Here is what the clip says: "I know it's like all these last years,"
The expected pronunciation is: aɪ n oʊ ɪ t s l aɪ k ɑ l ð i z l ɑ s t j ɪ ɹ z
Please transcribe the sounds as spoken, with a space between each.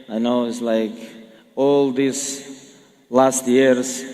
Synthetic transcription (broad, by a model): aɪ n oʊ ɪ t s l aɪ k ɑ l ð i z l ɑ s t j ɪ ɹ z